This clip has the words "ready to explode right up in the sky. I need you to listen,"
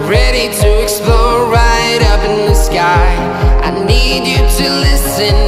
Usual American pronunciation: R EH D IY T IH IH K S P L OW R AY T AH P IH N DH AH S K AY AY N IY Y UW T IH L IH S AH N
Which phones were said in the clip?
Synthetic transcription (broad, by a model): R EH D IY T IH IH K S P L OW R AY T AH P IH N DH AH S K AY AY N IY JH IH T IH L IH S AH N